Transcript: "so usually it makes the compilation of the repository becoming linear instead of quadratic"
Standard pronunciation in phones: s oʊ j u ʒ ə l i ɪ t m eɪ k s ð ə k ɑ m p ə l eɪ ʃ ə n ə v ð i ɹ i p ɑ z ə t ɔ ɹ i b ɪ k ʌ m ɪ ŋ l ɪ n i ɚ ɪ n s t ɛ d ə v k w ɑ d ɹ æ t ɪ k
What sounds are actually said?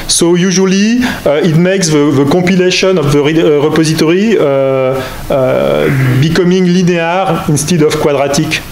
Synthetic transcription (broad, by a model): s oʊ j u ʒ ə l i ɪ t m eɪ k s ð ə k ɑ p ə l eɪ ʃ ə n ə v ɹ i ɹ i p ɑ z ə t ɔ ɹ i b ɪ k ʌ m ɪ ŋ l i n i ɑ ɪ n s t ɛ d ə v k w ɑ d ɹ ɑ t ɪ k